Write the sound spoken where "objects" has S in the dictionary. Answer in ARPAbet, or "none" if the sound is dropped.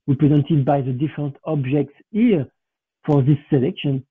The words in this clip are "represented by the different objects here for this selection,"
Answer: S